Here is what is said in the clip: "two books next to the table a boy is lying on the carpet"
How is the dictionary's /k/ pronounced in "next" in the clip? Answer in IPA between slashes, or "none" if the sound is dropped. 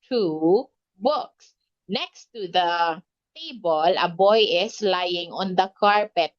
/k/